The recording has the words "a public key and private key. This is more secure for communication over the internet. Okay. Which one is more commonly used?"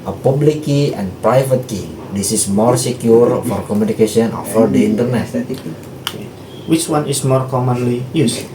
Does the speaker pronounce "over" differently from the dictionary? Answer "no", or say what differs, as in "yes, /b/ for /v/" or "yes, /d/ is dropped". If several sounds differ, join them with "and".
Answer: yes, /f/ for /v/